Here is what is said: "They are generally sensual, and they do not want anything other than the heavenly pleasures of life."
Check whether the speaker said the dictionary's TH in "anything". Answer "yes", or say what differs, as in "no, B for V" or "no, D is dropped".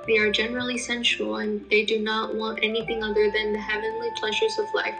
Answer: yes